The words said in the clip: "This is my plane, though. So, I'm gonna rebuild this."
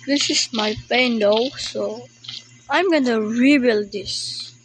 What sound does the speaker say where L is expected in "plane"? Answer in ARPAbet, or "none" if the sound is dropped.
none